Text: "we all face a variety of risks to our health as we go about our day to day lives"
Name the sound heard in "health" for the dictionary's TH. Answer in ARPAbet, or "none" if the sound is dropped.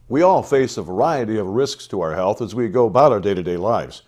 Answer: TH